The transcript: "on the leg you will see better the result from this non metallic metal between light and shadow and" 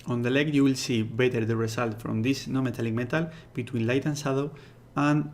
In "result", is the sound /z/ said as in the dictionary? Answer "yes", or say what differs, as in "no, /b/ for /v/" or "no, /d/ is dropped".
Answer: no, /s/ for /z/